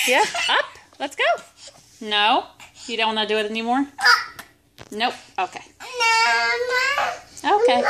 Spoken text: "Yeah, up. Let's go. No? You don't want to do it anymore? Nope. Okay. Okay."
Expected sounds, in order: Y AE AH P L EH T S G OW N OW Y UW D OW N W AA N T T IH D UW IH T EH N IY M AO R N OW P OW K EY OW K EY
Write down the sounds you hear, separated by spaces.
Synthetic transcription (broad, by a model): Y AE AH P L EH T S G OW N OW Y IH D OW N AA T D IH IH T EH N IY M AO R N OW OW K EY OW K EY